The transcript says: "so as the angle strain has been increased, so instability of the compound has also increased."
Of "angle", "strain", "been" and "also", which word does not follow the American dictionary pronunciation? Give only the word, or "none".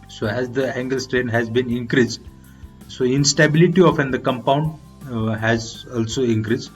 none